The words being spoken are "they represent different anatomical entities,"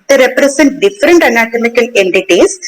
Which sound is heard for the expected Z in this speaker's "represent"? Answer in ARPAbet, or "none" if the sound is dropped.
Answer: S